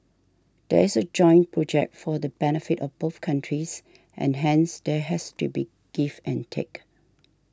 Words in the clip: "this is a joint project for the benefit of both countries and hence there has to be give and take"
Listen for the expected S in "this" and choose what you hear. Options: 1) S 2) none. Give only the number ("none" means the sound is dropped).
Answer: 2